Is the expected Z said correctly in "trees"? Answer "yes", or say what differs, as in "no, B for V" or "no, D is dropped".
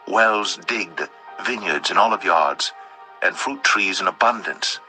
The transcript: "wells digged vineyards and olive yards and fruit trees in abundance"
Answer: yes